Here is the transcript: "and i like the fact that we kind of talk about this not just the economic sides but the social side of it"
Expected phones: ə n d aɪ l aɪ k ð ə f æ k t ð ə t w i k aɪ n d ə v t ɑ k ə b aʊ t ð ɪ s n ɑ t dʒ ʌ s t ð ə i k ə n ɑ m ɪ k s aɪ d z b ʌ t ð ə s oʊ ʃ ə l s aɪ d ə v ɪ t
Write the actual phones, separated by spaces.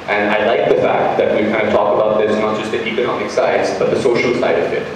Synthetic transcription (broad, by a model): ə n aɪ l aɪ k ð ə f æ k t ð ə t w i k aɪ n d ə v t ɑ k ə b aʊ t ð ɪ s n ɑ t dʒ ʌ s t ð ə i k ə n ɑ m ɪ k s aɪ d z b ʌ t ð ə s oʊ ʃ ə l s aɪ d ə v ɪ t